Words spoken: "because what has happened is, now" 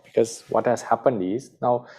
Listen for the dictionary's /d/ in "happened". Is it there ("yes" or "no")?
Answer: yes